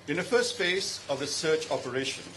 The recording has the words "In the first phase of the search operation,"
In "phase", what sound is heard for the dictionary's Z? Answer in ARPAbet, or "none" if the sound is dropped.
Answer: S